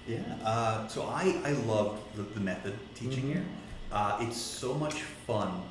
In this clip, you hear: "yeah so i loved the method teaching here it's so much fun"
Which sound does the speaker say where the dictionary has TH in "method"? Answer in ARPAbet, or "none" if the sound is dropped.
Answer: TH